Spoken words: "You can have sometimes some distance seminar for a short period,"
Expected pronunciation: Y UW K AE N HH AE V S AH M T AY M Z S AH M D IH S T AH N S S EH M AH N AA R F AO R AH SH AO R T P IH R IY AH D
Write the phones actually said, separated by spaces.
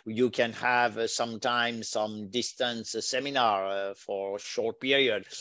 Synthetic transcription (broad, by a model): Y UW K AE N HH AE V S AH M T AY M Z S AH M D IH S T AH N S S EH M AH N AA R F AO R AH SH AO R T P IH R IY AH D